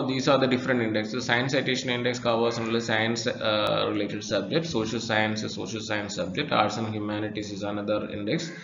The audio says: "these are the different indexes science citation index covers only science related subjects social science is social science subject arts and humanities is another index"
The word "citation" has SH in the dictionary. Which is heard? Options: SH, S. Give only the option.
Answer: SH